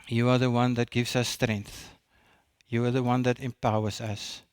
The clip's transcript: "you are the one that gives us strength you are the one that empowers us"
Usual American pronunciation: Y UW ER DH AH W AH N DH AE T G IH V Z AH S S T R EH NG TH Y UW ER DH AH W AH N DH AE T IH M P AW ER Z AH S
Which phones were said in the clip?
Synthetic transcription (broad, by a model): Y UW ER DH AH W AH N DH AE T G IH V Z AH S S T R EH NG TH Y UW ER DH AH W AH N DH AE T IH M P AW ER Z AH S